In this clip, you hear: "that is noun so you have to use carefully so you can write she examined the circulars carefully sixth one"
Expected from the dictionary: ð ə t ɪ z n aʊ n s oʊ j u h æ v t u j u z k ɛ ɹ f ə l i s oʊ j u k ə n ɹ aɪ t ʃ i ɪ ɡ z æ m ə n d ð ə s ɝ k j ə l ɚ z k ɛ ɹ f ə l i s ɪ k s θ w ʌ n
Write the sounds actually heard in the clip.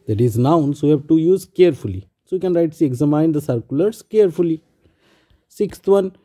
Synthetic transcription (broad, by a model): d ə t ɪ z n aʊ n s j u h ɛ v t u j u z k ɛ ɹ f ə l i s oʊ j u k ə n ɹ aɪ t s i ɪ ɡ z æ m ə n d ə s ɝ k j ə l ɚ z k ɛ ɹ f ə l i s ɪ k s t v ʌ n